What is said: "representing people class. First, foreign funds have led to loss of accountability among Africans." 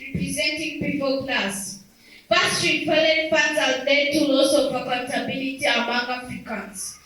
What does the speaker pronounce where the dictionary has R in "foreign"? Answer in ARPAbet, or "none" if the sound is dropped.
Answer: L